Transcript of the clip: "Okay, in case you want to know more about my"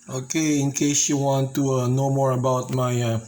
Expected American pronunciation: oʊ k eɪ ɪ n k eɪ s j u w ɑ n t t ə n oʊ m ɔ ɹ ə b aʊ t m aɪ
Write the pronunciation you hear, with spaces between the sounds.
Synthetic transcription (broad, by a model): oʊ k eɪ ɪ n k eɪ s j u w ɑ n t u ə n oʊ m ɔ ɹ ə b aʊ t m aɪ